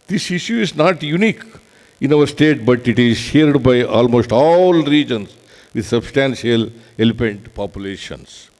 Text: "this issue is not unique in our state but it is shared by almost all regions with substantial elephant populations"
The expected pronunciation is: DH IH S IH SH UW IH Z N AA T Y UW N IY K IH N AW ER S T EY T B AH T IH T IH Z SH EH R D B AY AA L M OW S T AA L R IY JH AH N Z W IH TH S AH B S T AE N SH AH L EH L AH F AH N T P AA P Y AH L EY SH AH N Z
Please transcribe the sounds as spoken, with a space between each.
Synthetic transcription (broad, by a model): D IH S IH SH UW IH Z N AA T Y UW N IY K IH N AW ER S T EY T B AH T IH T IH Z SH EH R D B AY AA L M OW S T AA L R IY JH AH N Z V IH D S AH B S T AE N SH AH L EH L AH P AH N T P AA P Y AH L EY SH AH N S